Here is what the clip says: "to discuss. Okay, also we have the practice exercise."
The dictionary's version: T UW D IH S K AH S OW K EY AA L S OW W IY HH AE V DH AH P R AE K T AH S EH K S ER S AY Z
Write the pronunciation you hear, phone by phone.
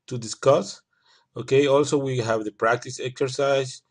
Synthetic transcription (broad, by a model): T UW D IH S K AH S OW K EY AA L S OW W IY HH AE V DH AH P R AE K T AH S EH K S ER S AY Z